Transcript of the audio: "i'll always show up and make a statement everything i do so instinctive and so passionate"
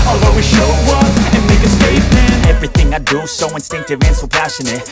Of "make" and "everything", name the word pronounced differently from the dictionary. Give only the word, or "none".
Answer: none